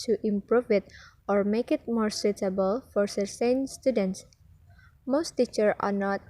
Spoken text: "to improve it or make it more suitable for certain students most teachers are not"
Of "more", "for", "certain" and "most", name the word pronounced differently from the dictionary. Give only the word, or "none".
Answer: certain